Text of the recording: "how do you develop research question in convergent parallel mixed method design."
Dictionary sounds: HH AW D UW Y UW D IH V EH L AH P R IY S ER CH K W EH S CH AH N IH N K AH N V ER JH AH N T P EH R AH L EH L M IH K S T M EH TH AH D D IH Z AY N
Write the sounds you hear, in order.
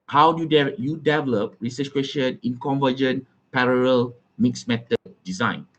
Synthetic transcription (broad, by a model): HH AW D UW Y UW D IH V EH L AH P R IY S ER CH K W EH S SH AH N IH N K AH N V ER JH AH N P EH R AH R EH L M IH K S M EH T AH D D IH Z AY N